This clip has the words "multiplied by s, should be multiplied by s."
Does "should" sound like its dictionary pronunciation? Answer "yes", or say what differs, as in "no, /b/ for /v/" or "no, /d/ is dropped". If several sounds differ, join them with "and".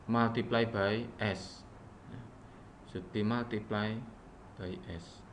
no, /s/ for /ʃ/